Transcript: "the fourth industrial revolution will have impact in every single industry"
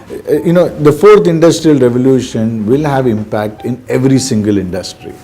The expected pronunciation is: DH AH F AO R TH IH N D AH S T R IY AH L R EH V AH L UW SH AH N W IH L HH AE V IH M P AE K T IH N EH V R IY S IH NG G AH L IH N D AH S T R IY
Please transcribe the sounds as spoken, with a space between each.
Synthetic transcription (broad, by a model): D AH F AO R T IH N D AH S T R IY AH L R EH V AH L UW SH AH N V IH L HH AE V IH M P AE K T IH N EH V R IY S IH NG G AH L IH N D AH S T R IY